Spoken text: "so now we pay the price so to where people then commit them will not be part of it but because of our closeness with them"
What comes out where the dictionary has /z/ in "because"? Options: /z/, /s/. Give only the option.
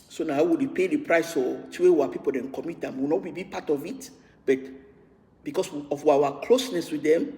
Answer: /s/